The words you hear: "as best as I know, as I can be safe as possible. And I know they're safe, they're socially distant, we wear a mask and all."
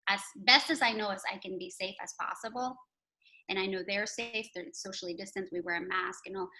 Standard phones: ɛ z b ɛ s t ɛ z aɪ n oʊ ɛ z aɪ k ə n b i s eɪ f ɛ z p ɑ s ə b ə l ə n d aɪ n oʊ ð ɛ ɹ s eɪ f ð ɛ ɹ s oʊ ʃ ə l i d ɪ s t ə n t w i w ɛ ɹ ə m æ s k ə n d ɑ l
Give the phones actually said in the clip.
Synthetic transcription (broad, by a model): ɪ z b ɛ s t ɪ z aɪ n oʊ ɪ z aɪ k ə n b i s eɪ f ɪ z p ɑ s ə b l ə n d aɪ n oʊ ð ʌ ɹ s eɪ f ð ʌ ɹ s oʊ ʃ l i d ɪ s t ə n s w i w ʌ ɹ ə m æ s k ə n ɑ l